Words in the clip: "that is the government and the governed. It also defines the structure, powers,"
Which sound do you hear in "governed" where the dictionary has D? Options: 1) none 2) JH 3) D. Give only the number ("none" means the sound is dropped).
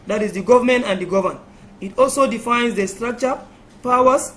1